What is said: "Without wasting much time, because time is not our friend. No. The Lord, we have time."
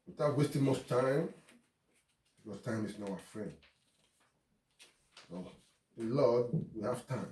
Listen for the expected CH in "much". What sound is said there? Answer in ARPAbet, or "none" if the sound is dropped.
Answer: S